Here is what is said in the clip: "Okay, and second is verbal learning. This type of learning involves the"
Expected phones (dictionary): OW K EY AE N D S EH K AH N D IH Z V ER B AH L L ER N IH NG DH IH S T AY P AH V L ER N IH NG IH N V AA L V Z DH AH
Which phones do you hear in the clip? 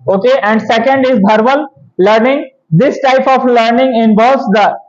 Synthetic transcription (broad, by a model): OW K EY AE N D S EH K AH N D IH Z B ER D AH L L ER N IH NG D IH S T AY P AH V L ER N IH NG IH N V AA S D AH